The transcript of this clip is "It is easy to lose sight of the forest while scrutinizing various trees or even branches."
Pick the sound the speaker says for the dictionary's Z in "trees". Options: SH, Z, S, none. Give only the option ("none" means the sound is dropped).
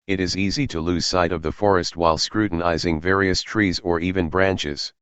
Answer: Z